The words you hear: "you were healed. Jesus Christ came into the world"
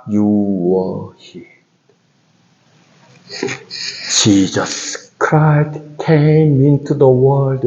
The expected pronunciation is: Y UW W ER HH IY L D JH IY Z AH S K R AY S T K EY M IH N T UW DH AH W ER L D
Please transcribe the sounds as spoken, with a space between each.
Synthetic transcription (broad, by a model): Y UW W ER HH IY D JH IY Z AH S K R AY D K EY M IH N T UW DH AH W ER L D